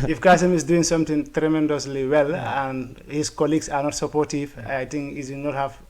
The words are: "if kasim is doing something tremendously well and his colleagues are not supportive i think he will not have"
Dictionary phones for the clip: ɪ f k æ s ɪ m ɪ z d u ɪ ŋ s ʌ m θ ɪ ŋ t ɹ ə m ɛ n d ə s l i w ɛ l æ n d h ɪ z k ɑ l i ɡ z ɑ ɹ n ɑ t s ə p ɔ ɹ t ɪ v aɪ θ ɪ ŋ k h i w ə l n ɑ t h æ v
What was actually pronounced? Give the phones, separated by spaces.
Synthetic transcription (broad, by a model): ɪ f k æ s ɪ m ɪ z d u ɪ ŋ s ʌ m t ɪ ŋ t ɹ ə m ɛ n d ə s l i w ɛ l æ n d h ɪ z k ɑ l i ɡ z ɑ ɹ n ɑ t s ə p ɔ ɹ t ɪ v aɪ t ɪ ŋ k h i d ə n ɑ t h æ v